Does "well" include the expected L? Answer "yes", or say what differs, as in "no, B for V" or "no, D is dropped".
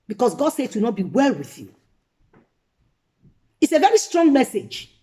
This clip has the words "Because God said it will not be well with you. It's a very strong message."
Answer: yes